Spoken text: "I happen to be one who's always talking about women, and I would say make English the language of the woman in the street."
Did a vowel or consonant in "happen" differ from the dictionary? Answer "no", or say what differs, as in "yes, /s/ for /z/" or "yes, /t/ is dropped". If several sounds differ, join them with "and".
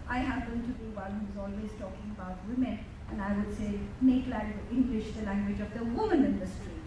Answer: yes, /b/ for /p/